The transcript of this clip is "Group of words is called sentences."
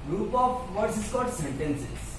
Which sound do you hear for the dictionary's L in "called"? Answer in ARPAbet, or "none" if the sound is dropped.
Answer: none